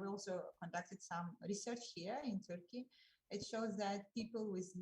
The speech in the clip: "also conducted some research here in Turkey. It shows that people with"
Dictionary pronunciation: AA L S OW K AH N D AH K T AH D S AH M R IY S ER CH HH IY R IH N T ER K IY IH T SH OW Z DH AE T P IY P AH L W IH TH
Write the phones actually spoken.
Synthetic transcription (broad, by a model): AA L S OW K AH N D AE K T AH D S AH M R IY S ER CH HH IY R IH N T ER K IY IH T SH OW Z DH AE T P IY P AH L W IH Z